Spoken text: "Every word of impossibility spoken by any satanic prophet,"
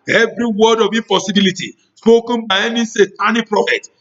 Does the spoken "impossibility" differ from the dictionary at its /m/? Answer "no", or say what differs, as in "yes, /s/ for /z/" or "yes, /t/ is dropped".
yes, /m/ is dropped